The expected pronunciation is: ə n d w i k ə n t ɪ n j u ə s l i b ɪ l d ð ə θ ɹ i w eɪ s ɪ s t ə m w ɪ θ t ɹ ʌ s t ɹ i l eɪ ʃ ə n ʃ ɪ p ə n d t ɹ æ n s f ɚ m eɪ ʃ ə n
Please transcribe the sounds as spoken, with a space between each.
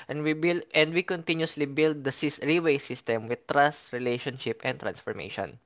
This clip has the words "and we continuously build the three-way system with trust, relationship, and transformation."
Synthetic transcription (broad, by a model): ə n d w i k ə n t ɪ n j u s l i b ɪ l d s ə s ɹ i w eɪ s ɪ s t ə m w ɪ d t ɹ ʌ s t ɹ i l eɪ ʃ ə n ʃ ɪ p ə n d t ɹ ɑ n s f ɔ m eɪ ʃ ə n